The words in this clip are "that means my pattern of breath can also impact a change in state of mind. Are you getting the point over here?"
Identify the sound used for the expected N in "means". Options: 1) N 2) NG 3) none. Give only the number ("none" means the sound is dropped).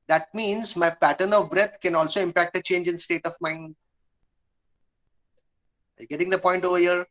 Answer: 1